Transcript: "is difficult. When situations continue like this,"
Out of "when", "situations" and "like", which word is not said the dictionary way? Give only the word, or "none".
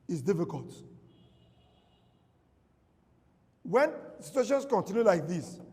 situations